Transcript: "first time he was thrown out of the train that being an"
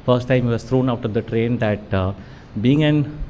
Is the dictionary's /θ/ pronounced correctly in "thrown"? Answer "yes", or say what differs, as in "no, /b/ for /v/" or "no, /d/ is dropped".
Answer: no, /t/ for /θ/